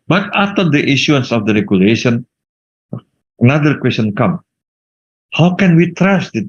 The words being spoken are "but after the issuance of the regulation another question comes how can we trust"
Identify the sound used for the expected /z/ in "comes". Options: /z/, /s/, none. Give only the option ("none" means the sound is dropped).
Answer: none